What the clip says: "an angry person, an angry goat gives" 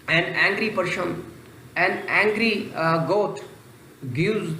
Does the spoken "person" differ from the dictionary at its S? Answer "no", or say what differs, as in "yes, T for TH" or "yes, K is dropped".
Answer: yes, SH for S